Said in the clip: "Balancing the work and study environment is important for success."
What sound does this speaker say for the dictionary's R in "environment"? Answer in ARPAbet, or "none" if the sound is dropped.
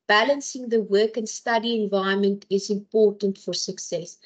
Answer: none